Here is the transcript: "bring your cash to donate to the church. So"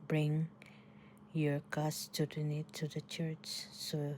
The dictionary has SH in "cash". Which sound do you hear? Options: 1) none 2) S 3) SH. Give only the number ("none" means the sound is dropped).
2